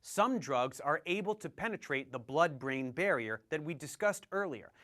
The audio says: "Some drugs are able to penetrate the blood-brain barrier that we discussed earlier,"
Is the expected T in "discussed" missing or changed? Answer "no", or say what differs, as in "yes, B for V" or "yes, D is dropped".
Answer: no